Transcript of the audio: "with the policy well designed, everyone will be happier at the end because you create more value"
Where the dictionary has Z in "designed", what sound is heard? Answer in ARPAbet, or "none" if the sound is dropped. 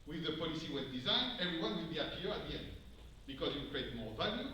Z